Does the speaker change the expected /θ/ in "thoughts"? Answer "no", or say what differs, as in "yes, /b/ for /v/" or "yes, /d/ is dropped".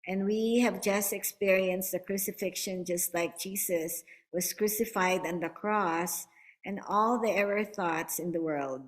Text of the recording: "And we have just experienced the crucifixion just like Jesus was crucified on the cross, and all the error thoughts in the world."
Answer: no